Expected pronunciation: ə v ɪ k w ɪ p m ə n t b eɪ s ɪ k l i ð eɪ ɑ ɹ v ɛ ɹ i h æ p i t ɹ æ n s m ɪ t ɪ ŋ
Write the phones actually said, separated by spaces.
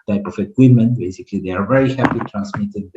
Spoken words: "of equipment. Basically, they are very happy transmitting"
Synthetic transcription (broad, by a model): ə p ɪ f w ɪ m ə n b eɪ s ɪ k l i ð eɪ ɑ ɹ v ɛ ɹ i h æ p i t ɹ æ n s m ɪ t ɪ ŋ